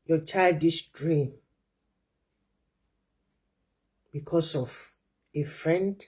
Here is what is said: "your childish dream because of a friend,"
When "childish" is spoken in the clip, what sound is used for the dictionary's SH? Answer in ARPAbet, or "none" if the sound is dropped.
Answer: S